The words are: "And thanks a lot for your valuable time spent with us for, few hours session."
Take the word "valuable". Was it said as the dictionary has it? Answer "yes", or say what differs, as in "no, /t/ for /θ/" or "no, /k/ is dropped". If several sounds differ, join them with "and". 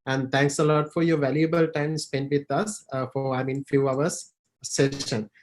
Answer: yes